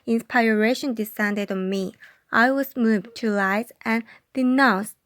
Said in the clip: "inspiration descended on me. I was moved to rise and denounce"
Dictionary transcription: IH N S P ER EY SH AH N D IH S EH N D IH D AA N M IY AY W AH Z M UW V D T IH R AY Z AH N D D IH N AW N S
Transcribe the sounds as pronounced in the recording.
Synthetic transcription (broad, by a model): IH N S P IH EY SH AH N D IH S EH N D IH D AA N M IY AY W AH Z M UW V T IH L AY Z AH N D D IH N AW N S